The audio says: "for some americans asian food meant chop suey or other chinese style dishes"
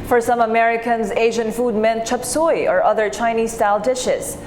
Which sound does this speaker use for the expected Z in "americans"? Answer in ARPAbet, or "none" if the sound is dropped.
Z